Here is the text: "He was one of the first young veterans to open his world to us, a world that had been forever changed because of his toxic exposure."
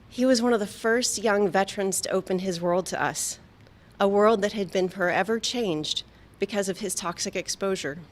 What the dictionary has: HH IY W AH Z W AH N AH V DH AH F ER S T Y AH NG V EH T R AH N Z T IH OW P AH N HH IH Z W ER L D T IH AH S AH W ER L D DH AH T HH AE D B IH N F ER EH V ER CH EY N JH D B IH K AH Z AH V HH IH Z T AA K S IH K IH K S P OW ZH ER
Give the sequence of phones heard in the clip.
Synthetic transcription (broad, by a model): HH IY W AH Z W AH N AH V DH AH F ER S T Y AH NG V EH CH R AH N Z T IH OW P AH N IH Z W ER L D T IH AH S AH W ER L D DH AH T HH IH D B IH N F ER EH V ER CH EY N JH D B IH K AH Z AH V IH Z T AA K S IH K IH K S P OW ZH ER